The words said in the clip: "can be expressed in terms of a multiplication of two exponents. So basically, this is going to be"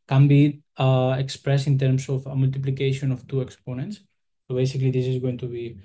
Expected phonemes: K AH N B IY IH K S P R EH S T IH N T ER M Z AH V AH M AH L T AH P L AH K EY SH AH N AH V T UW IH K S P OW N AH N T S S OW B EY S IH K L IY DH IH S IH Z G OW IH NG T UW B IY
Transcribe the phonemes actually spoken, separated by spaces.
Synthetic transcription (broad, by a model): K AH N B IY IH K S P R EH S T IH N T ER M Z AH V AH M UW L T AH P L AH K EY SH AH N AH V T UW IH K S P OW N AH N T S S OW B EY S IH K L IY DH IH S IH Z G OW IH NG T UW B IY